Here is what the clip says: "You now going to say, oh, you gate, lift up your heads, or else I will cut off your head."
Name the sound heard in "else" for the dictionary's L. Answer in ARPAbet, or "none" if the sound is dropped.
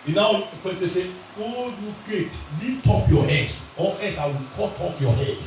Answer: none